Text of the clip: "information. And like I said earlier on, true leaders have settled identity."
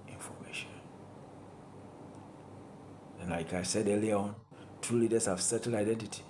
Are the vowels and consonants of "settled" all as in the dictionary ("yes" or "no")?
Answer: no